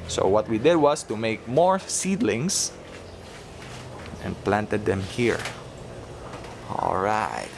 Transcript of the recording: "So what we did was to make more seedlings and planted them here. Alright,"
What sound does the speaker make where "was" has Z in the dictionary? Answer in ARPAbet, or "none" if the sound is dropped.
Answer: S